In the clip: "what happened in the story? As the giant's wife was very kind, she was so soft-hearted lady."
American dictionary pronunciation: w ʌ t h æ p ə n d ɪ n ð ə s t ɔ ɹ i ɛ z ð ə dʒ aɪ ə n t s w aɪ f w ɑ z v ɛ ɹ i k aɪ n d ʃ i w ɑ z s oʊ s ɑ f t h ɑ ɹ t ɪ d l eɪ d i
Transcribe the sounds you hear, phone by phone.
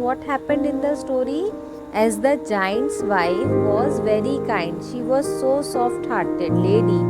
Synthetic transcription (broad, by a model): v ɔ t h æ p ə n d ɪ n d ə s t ɔ ɹ i ɛ z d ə dʒ aɪ ə n t s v aɪ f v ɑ z v ɛ ɹ i k aɪ n d ʃ i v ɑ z s oʊ s ɑ f t h ɑ ɹ t ɪ d l eɪ d i